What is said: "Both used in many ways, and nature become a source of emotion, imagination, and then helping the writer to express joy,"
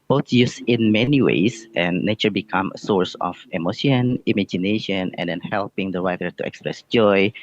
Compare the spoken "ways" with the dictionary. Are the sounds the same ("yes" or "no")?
no